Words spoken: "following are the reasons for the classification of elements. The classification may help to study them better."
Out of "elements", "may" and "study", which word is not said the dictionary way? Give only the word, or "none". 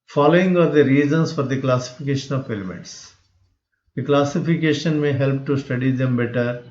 elements